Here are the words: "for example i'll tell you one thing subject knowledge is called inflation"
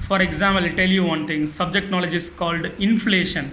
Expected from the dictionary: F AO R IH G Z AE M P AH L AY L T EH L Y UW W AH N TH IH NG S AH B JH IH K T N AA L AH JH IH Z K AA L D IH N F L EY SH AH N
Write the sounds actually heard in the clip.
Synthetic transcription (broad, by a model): F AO R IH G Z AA M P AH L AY L T EH L Y UW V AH N T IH NG S AH B JH IH K T N AA L AH JH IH S K AA L D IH N F L EY SH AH N